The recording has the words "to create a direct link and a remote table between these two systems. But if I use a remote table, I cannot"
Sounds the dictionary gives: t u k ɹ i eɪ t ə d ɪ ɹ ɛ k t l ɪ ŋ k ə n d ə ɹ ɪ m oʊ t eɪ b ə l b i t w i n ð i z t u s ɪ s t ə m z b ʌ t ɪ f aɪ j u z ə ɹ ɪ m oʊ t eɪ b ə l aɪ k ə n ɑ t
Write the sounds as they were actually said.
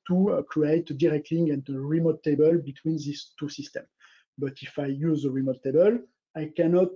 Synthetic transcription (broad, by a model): t u k ɹ i eɪ t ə d ɪ ɹ ɛ k t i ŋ ə n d ə ɹ ɪ m oʊ t eɪ b ə l b i t w i n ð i s t u s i s t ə m b ʌ t ɪ f aɪ j u z ə ɹ ɪ m oʊ t eɪ b ə l aɪ k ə n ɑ t